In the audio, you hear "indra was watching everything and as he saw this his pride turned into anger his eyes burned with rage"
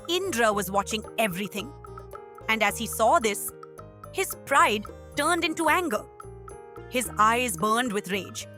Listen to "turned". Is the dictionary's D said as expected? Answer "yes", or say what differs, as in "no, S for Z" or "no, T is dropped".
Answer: yes